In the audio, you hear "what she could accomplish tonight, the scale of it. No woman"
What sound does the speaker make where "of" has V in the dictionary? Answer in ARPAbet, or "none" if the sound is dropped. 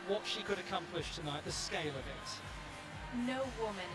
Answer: V